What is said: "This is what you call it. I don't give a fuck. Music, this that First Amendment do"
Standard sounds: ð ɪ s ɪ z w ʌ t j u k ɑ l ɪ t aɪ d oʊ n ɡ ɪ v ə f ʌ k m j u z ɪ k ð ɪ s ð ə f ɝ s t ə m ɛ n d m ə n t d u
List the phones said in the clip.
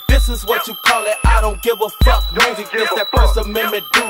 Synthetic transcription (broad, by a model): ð ɪ s ɪ z w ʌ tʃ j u k ɑ l ɪ t aɪ d oʊ n ɡ ɪ v ə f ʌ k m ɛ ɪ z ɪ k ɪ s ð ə p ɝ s ə m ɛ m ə t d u